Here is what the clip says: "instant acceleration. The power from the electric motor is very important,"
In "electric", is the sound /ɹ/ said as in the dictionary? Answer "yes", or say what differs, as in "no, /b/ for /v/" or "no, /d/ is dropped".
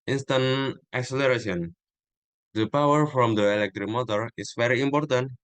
yes